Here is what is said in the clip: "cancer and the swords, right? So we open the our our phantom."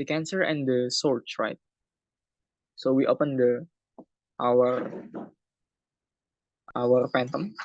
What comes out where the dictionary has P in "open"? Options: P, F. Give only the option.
P